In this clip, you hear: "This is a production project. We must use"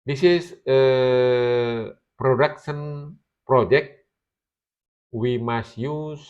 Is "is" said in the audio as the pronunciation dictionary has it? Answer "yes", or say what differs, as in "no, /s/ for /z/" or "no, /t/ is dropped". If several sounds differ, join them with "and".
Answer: no, /s/ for /z/